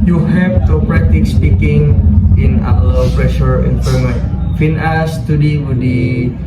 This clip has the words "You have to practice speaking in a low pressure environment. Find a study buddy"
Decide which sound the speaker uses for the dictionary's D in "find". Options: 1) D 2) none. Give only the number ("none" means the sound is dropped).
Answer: 2